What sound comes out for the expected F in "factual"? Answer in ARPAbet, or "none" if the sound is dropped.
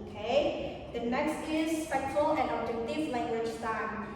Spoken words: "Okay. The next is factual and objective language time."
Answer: P